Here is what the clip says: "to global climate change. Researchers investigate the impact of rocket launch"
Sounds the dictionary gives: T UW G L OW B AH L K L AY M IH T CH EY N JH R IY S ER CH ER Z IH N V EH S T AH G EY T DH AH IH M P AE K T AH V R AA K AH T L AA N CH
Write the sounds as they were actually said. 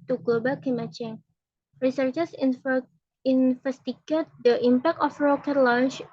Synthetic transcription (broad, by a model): T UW G L OW B AH L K IY M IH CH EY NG R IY S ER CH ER S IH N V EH S T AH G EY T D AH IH M P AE K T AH F R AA K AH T L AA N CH